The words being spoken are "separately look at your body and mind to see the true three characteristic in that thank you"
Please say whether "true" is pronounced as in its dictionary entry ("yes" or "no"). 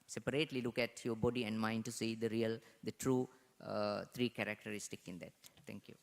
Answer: yes